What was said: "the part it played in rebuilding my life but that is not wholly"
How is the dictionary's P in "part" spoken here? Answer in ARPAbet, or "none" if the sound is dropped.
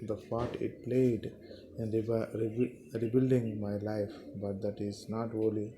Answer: F